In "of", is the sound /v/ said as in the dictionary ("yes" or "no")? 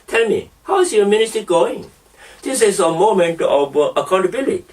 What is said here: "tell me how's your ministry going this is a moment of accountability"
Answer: no